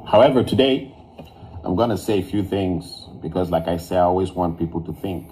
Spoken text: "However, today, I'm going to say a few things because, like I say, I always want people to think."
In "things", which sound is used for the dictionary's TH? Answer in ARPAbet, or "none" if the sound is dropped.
TH